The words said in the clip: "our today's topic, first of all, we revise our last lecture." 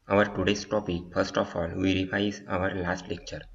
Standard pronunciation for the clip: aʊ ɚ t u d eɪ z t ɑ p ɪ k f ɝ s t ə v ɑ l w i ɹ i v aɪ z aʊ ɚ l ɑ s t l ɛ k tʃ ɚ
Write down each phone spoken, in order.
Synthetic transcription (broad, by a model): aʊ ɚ t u d eɪ s t ɑ p ɪ k f ɝ s t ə f ɑ l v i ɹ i f aɪ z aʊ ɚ l ɑ s t l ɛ k tʃ ɚ